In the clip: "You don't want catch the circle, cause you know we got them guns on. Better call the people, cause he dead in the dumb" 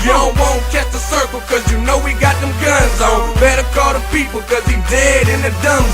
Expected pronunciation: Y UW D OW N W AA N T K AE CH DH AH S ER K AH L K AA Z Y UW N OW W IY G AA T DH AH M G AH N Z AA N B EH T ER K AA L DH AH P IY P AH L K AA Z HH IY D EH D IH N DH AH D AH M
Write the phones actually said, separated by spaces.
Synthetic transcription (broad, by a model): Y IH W OW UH N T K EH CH DH AH S ER K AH L K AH Z Y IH N OW W IY G AA T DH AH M G AH N Z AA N B EH T ER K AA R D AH P IY P L K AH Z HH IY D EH D IH N DH AH D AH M